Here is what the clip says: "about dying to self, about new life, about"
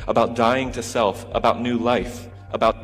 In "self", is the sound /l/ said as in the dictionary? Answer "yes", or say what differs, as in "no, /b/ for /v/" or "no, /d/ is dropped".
yes